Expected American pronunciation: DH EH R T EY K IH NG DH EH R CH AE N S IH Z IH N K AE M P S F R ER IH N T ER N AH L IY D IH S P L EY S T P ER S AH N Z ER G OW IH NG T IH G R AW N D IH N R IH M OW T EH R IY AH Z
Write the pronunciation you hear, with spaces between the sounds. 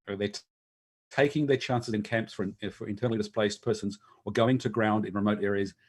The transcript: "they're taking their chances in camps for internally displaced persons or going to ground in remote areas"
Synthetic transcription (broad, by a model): DH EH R T EY K IH NG DH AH R CH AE N S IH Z IH N K AE M P S F R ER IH N T ER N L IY D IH S P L EY S P ER S AH N Z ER G OW IH NG T IH G R AW N D IH N R IH M OW T EH R IY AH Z